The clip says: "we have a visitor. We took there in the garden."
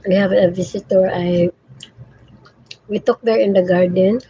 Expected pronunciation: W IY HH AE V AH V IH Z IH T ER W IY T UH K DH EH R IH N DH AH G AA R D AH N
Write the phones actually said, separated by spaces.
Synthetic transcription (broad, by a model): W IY HH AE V AH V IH S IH T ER W IY T UH K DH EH R IH N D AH G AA R D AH N